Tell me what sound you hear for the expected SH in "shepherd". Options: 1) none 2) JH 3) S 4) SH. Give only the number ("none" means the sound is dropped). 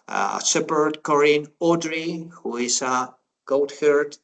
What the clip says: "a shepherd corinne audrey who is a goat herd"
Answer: 3